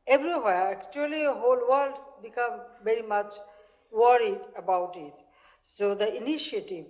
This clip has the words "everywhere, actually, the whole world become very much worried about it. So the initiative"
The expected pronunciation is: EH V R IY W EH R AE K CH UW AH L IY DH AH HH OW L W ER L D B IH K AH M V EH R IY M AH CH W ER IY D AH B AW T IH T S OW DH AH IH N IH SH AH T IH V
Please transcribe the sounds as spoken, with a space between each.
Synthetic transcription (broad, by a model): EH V R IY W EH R AE K CH UW AH L IY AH HH OW L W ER L D B IH K AH M V EH R IY M AH CH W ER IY D AH B AW T IH T S OW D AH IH N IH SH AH T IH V